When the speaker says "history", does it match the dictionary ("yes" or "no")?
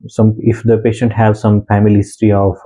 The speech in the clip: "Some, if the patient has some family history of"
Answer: no